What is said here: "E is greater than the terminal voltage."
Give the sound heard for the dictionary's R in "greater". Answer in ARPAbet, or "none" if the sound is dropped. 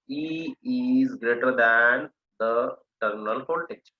R